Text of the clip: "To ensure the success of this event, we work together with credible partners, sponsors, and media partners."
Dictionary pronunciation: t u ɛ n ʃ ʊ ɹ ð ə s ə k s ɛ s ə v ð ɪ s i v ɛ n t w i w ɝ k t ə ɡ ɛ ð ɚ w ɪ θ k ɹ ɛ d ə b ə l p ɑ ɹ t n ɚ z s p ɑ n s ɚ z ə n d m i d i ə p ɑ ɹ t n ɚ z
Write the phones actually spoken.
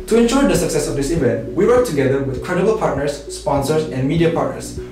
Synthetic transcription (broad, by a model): t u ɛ n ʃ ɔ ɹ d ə s ə k s ɛ s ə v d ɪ s i v ɛ n t w i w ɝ k t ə ɡ ɛ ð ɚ w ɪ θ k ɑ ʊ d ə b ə l p ɑ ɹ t n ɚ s p ɑ n s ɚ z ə n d m i d i ə p ɑ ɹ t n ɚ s